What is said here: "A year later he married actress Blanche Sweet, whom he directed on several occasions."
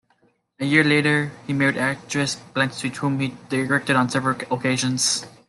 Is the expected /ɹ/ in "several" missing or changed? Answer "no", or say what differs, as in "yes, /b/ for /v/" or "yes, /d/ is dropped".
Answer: no